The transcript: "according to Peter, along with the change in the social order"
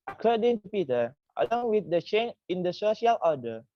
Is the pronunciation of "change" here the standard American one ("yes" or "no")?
no